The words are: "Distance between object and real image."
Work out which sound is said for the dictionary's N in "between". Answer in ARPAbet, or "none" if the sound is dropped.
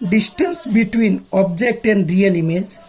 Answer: N